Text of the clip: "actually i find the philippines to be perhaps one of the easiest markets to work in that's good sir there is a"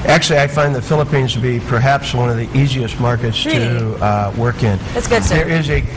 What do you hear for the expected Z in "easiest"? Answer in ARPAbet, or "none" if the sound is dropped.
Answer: Z